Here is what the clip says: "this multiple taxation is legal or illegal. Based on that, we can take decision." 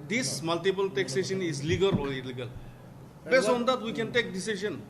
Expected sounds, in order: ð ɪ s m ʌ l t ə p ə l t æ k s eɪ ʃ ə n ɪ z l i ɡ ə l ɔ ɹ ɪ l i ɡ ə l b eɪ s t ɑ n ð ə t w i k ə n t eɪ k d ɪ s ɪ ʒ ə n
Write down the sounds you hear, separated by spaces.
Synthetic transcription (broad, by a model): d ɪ s m ʌ l t ə p ə l t æ k s eɪ ʃ ə n ɪ z l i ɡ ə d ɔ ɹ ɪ l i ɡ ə l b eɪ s ɑ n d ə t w i k ə n t eɪ k d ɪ s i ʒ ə n